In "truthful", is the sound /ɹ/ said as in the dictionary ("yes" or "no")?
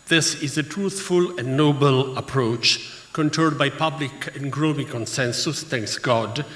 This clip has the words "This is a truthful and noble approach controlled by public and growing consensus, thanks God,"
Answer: yes